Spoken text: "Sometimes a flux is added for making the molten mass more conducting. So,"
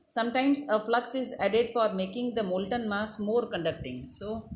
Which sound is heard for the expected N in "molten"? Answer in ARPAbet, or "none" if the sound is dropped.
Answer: N